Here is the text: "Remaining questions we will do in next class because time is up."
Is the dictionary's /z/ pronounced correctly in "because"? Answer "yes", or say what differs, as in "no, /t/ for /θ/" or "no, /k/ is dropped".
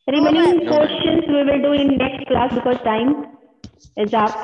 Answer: no, /z/ is dropped